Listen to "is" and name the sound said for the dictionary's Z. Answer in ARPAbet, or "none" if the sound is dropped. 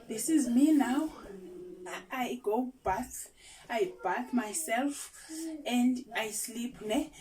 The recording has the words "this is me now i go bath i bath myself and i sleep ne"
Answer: Z